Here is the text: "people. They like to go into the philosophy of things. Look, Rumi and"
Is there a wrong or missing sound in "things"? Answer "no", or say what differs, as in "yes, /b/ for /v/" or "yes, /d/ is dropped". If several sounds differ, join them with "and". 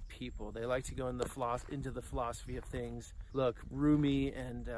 no